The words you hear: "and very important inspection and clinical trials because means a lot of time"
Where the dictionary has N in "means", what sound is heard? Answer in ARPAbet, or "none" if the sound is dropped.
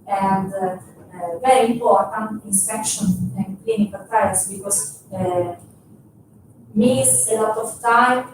none